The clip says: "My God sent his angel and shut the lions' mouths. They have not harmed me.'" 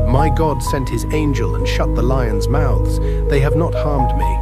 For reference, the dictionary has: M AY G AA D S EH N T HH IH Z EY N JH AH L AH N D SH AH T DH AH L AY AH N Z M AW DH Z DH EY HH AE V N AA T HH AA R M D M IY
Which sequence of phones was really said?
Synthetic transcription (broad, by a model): M AY G AA D S EH N T HH IH Z EY N JH AH L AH N SH AH T DH AH L AY AH N Z M AW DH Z DH EY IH V N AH T HH AA R M D M IY